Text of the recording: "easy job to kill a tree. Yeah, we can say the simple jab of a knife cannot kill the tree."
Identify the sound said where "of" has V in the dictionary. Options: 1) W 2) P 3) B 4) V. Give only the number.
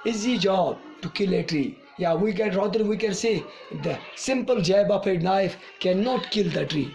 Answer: 2